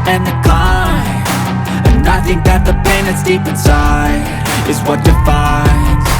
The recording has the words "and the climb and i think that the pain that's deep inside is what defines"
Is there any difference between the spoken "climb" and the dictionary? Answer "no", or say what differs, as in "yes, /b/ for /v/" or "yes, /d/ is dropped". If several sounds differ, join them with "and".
yes, /m/ is dropped